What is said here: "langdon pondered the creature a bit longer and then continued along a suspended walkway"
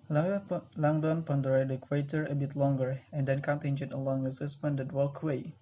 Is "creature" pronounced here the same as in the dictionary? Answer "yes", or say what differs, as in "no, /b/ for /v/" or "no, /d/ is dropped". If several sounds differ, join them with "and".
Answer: no, /w/ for /ɹ/